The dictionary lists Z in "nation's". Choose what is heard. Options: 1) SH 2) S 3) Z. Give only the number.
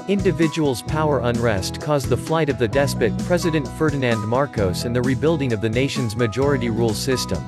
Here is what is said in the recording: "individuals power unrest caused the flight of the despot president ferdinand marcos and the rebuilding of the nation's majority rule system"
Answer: 3